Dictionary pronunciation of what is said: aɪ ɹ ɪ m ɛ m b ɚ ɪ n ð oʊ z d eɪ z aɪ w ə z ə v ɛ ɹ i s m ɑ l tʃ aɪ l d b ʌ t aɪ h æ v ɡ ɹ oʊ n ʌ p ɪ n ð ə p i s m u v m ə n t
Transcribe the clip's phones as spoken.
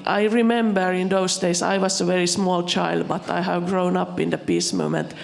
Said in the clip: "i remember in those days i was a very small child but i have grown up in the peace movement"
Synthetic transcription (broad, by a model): aɪ ɹ ɪ m ɛ m b ɚ ɪ n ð oʊ s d eɪ s aɪ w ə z ə v ɛ ɹ i s m ɑ l tʃ aɪ l d b ʌ t aɪ h æ v ɡ ɹ oʊ n ʌ p ɪ n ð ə p i s m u m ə n t